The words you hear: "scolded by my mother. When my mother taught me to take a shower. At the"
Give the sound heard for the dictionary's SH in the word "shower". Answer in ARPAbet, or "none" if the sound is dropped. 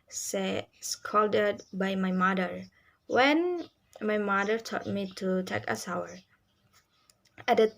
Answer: S